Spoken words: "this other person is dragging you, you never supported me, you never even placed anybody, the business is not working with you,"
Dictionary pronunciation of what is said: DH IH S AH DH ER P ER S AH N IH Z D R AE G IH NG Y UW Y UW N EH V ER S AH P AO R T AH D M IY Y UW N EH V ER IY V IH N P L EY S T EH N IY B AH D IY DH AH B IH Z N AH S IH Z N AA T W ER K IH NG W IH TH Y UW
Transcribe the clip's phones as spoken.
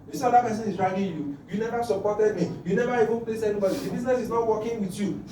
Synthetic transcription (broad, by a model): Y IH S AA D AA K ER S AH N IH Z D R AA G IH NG Y UW Y UW N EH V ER S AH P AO T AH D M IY Y UW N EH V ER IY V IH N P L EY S EH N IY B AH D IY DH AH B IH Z N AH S IH Z N AA T W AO K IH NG W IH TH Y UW